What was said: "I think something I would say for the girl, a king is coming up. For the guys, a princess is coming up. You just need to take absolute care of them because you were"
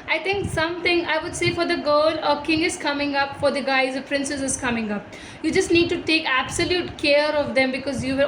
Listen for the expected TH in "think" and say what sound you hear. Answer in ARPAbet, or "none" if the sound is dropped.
T